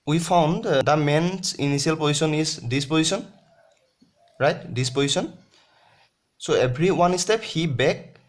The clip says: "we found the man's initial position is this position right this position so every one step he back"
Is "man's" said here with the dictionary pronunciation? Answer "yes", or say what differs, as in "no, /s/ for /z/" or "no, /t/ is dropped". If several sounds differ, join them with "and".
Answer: no, /s/ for /z/